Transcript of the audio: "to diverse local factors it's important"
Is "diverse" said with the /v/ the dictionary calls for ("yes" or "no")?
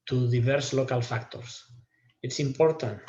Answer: no